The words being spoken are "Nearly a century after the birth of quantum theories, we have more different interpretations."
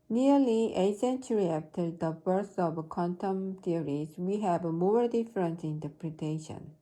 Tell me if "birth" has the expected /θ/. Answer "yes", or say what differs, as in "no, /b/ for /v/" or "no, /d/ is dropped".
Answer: no, /s/ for /θ/